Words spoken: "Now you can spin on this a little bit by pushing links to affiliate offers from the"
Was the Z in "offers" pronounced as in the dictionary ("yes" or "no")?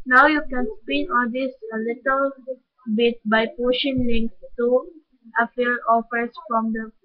no